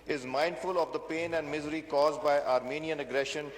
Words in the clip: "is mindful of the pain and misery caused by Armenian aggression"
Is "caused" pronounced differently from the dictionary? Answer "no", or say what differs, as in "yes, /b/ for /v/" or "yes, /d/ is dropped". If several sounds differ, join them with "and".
no